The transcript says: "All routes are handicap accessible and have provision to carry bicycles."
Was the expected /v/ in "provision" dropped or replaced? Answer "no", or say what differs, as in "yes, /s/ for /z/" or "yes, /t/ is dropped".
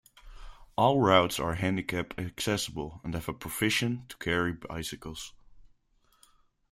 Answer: yes, /f/ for /v/